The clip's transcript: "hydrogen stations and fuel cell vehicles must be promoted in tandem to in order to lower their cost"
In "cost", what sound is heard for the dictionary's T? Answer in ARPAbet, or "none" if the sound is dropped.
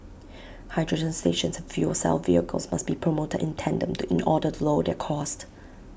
T